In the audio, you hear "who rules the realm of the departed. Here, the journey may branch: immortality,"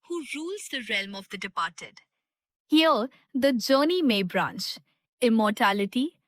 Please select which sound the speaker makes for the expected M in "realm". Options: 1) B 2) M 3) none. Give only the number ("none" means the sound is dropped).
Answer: 2